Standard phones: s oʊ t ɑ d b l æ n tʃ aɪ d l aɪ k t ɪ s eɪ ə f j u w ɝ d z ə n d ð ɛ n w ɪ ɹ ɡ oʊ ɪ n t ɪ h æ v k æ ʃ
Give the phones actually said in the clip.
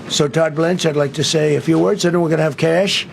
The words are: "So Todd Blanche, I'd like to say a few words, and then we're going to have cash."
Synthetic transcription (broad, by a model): s oʊ t ɑ d b l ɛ n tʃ aɪ d l aɪ k t ɪ s eɪ ə f j u w ɝ d z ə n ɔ w ɪ ɹ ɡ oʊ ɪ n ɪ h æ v k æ ʃ